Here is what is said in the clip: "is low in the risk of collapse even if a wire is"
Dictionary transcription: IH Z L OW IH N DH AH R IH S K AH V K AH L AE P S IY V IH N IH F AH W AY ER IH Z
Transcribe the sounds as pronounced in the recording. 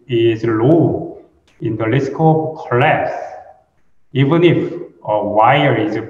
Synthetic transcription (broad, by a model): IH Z L OW IH N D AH L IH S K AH B K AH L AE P S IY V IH N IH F AH W AY ER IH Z